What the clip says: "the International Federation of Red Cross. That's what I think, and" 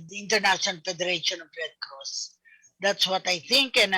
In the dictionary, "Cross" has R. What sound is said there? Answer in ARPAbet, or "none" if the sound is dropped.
none